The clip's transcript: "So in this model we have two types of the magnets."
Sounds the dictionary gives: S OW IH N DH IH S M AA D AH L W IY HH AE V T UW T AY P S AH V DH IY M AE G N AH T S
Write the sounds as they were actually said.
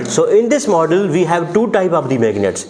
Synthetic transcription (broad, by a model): S OW IH N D IH S M AA D AH L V IY HH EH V T UW T AY P AH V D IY M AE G N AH T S